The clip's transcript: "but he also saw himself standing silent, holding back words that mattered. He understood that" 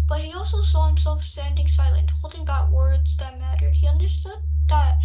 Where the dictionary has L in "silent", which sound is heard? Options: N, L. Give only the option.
L